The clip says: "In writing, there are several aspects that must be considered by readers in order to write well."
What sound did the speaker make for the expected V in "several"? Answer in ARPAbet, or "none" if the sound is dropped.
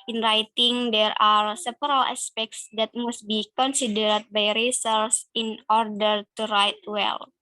P